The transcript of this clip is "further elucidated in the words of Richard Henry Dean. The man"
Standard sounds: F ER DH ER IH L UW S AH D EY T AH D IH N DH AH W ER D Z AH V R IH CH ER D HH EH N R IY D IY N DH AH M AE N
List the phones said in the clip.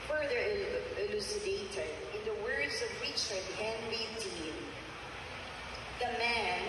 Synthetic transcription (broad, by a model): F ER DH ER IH L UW S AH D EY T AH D IH N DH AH W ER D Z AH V W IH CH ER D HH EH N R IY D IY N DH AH M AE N